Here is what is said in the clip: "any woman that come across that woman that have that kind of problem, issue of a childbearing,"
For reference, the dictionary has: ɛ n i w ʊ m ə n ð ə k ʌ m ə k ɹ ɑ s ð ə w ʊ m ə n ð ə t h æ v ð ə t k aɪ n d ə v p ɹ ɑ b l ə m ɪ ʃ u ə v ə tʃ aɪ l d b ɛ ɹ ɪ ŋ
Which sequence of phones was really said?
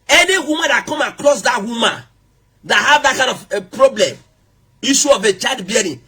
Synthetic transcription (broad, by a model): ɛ n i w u m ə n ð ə k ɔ m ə k l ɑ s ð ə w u m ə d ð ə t h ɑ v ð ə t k aɪ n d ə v p ɹ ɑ b l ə m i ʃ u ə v ə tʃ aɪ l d b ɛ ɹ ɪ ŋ